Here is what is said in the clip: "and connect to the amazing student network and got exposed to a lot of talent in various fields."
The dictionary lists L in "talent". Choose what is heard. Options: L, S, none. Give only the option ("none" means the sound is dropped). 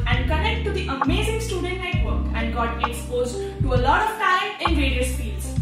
none